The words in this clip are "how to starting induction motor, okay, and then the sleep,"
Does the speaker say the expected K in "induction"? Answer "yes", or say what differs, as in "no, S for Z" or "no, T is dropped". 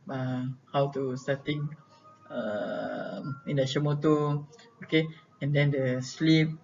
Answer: no, K is dropped